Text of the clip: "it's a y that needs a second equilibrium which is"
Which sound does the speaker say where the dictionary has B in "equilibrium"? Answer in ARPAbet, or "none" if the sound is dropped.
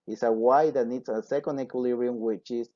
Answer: none